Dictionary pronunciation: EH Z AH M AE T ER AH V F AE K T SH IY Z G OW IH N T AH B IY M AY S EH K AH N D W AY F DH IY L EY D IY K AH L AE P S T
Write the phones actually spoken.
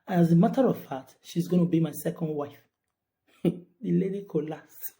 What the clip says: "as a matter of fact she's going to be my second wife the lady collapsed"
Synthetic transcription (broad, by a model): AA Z AH M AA T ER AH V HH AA T SH IY Z G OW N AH B IY M AY S EH K AH N D W AY F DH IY L EY D IY K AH L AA S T